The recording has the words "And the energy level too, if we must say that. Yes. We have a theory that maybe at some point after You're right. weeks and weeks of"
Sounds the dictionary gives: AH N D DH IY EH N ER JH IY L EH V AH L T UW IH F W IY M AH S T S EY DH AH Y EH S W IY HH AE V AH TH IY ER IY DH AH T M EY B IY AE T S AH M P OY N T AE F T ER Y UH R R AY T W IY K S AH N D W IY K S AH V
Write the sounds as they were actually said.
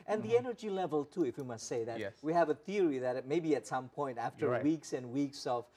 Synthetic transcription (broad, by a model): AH N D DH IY EH N ER JH IY L EH V AH L T UW IH F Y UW M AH S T S EY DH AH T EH W IY HH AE V AH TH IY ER IY DH AH T M EY B IY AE T S AH M P OY N T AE F T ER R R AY W IY K S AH N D W IY K S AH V